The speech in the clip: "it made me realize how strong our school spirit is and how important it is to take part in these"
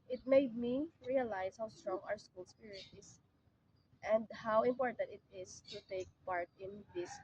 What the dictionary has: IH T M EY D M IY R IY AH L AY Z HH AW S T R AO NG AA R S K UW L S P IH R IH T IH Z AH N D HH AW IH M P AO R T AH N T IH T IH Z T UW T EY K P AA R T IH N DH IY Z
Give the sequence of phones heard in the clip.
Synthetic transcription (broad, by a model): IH T M EY D M IY R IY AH L AY S HH AW S T R AO NG AA R S K UW L S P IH R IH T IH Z AH N D HH AW IH M P AO R T AH N T IH T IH S T UW T EY K P AA R T IH N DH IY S